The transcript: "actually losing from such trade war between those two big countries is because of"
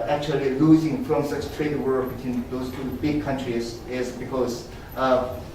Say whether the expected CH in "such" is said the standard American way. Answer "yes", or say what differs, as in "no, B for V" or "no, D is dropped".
no, S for CH